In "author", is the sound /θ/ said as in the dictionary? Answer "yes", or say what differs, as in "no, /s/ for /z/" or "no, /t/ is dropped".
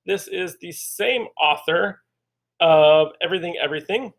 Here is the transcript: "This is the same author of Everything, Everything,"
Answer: yes